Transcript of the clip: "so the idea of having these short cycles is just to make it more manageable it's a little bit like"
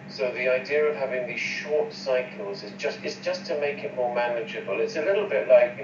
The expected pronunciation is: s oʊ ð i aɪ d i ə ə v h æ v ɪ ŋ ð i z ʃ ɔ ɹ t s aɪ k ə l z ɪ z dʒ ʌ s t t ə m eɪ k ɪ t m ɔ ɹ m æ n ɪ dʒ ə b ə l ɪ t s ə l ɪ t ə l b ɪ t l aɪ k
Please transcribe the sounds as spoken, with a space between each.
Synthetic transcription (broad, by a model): s oʊ ð i aɪ d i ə ə v h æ v ɪ ŋ ð i z ʃ ɔ ɹ t s aɪ k ə l z ɪ z dʒ ʌ s t t ə m eɪ k ɪ t m ɔ ɹ m æ n ɪ dʒ ə b ə l ɪ t s ə l ɪ t l b ɪ t l aɪ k